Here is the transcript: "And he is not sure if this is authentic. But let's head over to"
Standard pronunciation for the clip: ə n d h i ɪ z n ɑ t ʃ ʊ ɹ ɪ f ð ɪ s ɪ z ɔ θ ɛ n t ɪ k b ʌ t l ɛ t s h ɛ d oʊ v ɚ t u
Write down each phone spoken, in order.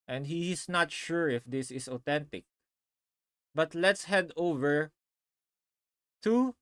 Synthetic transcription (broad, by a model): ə n d h i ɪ s n ɑ t ʃ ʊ ɹ ɪ f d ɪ s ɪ s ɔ t ɛ n t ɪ k b ʌ t l ɛ t s h ɛ d oʊ v ɚ t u